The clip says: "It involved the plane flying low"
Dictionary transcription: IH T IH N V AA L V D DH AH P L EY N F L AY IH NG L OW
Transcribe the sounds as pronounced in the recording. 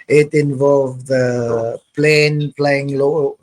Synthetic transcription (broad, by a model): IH T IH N V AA L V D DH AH P L EY N P L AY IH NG L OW